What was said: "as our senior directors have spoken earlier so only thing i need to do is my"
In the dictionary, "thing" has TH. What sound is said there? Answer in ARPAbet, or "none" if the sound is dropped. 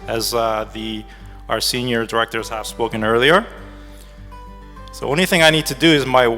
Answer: TH